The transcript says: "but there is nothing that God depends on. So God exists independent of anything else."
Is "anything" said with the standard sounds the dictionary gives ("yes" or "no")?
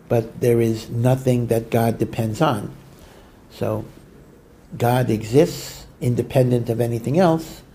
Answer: yes